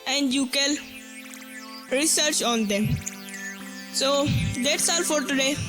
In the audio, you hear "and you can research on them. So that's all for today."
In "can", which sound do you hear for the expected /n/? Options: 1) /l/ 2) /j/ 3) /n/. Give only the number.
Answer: 1